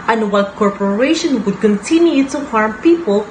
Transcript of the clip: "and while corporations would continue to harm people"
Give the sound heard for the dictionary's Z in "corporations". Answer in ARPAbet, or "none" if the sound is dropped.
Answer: none